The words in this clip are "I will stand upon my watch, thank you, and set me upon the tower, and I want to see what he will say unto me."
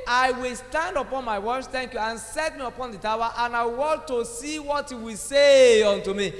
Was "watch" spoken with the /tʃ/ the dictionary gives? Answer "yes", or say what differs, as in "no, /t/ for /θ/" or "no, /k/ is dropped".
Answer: no, /s/ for /tʃ/